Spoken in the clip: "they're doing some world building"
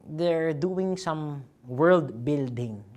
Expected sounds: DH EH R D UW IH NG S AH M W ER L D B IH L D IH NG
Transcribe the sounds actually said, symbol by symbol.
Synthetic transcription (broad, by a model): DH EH R D UW IH NG S AH M W ER L D B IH L D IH NG